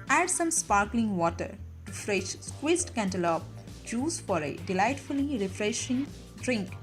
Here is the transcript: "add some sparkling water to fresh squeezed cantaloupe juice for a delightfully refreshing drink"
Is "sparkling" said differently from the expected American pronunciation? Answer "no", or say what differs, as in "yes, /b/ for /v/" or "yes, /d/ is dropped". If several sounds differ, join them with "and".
no